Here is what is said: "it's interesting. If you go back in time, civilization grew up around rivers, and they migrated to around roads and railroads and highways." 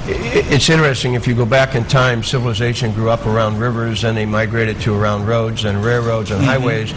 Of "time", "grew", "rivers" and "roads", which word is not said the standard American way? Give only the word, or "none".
none